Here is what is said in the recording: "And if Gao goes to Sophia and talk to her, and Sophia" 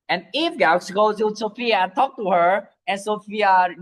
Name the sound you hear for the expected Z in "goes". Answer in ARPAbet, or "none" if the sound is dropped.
none